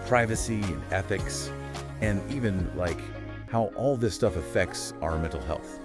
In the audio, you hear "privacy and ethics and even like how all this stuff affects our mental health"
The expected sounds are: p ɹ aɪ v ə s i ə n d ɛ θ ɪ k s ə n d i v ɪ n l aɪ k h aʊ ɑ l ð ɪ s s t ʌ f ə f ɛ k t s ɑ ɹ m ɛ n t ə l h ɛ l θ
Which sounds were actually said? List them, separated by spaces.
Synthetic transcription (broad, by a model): p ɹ aɪ v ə s i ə n ɛ θ ɪ k s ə n i v ɪ n l aɪ k h aʊ ɑ l ð ɪ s s t ʌ f ə f ɛ k t s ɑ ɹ m ɛ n t l h ɛ l θ